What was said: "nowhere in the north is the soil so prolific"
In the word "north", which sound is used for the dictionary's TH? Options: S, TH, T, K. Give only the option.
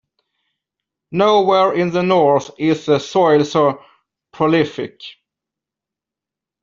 TH